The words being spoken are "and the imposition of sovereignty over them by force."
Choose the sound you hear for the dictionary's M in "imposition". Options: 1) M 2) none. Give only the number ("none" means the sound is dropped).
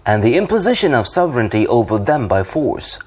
1